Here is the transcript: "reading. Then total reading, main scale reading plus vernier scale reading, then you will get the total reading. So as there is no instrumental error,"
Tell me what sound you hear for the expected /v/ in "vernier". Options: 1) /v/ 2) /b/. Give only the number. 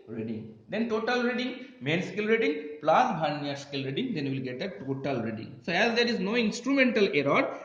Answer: 2